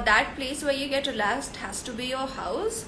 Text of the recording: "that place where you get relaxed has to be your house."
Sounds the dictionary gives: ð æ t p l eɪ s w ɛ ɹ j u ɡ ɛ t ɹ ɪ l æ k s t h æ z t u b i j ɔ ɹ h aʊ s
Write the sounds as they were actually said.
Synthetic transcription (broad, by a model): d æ t p l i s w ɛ j u ɡ ɛ t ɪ l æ s t h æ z t u b i j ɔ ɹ h aʊ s